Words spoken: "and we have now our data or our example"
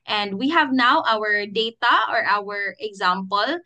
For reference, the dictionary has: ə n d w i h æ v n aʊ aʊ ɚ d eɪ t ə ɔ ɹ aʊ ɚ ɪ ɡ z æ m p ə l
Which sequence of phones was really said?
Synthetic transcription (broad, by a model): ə n d w i h æ v n aʊ aʊ ɚ d eɪ t ə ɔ ɹ aʊ ɚ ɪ ɡ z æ m p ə l